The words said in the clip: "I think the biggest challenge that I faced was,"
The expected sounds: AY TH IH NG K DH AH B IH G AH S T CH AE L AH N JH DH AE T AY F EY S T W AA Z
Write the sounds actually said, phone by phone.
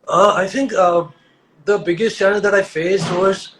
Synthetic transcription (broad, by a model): AY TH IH NG K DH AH B IH G AH S T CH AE N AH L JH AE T AY F EY S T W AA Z